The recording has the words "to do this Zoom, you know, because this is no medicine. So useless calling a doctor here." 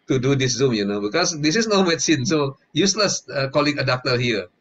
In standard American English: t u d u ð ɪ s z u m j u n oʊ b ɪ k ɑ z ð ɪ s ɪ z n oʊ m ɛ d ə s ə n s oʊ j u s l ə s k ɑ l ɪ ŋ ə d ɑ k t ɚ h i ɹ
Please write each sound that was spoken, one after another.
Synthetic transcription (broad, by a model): t u d u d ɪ s z u m j u n oʊ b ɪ k ɑ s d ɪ s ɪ s n oʊ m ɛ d s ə n s oʊ j u s l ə s k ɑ l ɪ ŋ ə d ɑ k t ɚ h i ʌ